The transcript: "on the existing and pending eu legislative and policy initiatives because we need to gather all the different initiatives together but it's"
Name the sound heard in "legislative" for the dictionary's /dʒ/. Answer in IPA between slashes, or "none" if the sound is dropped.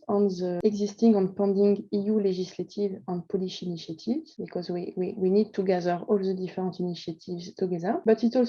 /ʒ/